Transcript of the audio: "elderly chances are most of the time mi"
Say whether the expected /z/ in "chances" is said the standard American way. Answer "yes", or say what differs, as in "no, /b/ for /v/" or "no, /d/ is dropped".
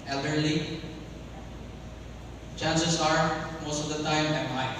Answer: no, /s/ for /z/